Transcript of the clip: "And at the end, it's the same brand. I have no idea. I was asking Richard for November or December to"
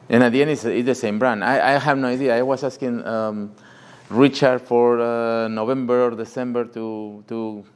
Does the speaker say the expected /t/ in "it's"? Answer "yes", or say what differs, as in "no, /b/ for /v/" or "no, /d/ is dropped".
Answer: no, /s/ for /t/